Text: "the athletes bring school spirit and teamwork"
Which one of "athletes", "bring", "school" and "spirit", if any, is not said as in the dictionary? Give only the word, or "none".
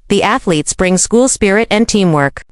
none